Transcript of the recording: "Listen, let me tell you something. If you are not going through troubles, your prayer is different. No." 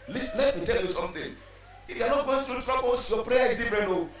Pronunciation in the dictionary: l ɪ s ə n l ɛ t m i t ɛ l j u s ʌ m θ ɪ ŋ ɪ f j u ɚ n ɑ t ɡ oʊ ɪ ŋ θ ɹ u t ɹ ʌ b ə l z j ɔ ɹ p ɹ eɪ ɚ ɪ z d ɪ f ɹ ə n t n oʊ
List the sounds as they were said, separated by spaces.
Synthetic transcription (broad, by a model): l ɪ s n l ɛ t m i t ɛ l j u s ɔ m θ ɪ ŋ ɪ f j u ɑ n ɑ t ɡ oʊ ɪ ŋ t ɹ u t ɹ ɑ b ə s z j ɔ p ɹ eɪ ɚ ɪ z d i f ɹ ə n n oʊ